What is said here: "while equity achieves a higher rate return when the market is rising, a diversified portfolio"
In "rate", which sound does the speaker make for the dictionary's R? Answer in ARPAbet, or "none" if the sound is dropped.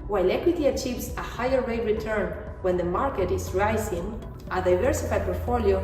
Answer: W